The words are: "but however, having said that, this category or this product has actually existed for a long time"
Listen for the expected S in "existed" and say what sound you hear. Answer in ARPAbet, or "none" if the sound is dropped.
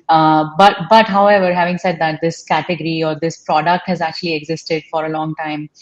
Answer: S